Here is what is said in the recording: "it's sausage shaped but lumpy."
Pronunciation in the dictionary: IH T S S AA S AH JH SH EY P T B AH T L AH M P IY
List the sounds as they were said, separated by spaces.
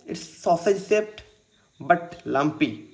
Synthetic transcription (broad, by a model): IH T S S AA S AH JH S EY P T B AH T L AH M P IY